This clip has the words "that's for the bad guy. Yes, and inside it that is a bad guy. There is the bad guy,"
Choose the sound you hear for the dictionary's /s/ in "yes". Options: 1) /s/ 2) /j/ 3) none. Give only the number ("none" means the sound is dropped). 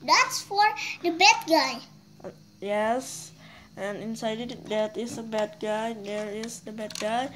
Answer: 1